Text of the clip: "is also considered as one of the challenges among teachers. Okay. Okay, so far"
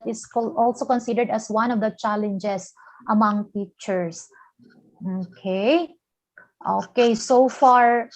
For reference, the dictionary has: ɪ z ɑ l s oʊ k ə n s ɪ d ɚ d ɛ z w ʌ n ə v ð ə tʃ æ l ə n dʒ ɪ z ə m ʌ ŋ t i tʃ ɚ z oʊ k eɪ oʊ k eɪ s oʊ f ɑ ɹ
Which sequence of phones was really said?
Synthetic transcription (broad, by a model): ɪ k ɑ l s oʊ k ə n s ɪ d ɚ d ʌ s w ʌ n ə v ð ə tʃ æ l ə n dʒ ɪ s ə m ʌ ŋ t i tʃ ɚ s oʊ k eɪ oʊ k eɪ s oʊ f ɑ ɹ